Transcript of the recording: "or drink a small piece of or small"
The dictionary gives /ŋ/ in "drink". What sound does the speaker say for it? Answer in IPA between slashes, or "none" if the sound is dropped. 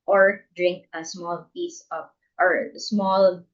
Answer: /ŋ/